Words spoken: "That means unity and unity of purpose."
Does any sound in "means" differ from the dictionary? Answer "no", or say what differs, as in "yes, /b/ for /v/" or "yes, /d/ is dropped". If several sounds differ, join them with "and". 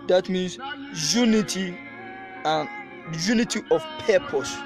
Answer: yes, /s/ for /z/